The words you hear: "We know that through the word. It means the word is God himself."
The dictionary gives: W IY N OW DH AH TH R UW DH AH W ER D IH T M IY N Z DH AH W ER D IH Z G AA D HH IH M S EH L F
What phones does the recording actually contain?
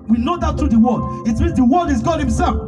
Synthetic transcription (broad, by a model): W IY N OW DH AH T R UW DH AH W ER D IH T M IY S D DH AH W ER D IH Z G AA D HH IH M S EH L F